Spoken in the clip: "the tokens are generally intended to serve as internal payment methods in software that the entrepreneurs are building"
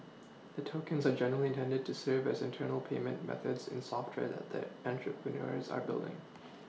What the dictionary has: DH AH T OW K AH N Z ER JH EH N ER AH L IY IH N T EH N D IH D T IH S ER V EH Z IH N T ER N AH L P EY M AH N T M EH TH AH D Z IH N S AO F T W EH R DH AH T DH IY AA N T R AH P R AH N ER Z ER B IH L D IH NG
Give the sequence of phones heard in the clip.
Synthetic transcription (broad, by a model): DH AH T OW K AH N Z ER JH EH N ER L IY IH N T EH N D IH D T IH S ER V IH Z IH N T ER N L P EY M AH N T M EH TH AH D Z IH N S AO F T W EH R DH AH T DH IY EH N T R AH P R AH N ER Z ER B IH L D IH NG